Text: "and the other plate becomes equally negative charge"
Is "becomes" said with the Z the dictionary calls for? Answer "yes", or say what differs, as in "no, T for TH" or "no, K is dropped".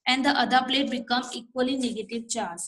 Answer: no, Z is dropped